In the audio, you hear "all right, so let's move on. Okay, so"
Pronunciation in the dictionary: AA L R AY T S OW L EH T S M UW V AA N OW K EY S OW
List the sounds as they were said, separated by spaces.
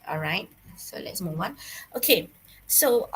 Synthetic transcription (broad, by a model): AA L R AY T S OW L EH T S M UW W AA N OW K EY S OW